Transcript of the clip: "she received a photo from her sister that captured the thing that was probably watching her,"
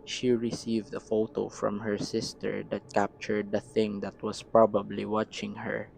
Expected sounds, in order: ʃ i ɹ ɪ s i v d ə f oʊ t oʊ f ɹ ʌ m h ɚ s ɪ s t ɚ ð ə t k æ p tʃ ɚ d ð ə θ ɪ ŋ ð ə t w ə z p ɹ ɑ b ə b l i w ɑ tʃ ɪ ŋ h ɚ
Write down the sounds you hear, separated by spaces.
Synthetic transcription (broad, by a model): ʃ i ɹ ɪ s i v d ə f oʊ t oʊ f ɹ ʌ m h ɚ s ɪ s t ɚ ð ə t k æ p tʃ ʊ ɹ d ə θ ɪ ŋ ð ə t w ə s p ɹ ɑ b ə b l i w ɑ tʃ ɪ ŋ h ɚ